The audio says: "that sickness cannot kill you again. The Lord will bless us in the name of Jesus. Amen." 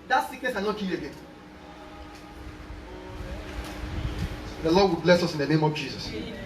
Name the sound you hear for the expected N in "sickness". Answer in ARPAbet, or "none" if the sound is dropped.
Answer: none